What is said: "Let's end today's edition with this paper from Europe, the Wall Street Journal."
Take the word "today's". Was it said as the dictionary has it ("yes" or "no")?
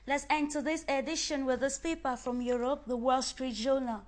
no